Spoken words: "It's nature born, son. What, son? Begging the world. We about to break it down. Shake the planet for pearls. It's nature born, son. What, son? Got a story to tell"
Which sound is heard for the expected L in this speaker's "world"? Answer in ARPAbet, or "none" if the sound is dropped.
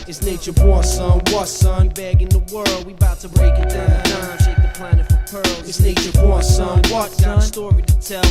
L